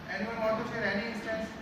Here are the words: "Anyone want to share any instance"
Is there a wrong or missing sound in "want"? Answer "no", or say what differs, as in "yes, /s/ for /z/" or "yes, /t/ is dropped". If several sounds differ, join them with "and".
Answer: yes, /n/ is dropped